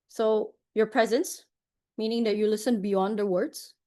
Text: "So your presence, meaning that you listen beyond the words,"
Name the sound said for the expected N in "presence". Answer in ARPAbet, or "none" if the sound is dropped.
N